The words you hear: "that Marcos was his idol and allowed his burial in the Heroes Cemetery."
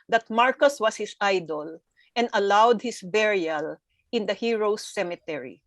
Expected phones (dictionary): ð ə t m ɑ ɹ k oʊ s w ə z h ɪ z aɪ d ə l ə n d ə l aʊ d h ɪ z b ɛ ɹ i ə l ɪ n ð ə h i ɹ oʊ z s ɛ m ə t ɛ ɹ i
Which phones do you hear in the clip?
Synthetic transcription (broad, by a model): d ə t m ɑ ɹ k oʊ s w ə s h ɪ s aɪ d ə l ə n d ə l aʊ d h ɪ s b ɛ ɹ i ə l ɪ n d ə h i ɹ oʊ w s ɛ m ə t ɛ ɹ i